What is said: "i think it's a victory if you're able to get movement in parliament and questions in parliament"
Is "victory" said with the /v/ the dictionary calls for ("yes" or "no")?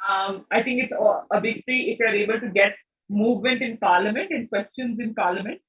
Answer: no